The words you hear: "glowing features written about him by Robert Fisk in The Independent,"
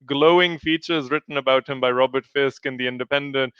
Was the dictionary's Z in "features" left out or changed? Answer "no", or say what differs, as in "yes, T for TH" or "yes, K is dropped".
no